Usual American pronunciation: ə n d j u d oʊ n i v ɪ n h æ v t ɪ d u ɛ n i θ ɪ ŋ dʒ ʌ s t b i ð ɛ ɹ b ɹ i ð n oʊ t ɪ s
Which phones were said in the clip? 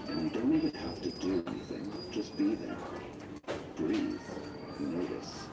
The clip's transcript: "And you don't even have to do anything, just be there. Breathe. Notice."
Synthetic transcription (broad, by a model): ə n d d oʊ n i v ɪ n h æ f t ɪ d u ɛ n i θ ɪ ŋ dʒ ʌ s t b i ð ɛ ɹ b ɹ i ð n oʊ t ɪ s